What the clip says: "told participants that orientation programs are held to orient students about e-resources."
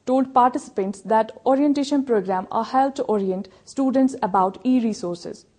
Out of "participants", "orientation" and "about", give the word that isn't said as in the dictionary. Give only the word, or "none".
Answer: none